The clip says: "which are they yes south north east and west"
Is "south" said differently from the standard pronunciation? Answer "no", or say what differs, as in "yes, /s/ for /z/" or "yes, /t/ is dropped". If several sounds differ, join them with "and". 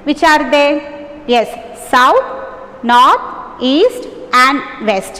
yes, /t/ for /θ/